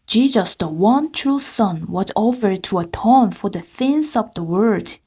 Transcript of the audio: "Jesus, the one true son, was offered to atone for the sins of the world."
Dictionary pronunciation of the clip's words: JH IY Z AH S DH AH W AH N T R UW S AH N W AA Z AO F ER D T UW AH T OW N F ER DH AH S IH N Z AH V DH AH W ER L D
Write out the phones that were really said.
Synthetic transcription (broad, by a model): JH IY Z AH S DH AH W AH N T R UW S AH N W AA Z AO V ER T UW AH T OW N F ER DH AH TH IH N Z AH V DH AH W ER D